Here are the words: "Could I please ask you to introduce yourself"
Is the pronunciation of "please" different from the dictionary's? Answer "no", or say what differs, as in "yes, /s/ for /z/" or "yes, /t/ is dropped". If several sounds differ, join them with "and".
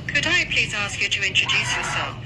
no